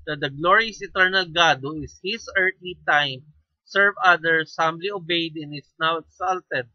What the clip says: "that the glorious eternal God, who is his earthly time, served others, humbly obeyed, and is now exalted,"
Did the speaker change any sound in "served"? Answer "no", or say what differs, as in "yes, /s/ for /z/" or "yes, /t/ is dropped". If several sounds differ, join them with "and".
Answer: yes, /d/ is dropped